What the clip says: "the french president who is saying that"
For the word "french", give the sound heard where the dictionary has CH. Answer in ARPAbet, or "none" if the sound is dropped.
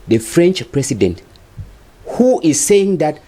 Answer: CH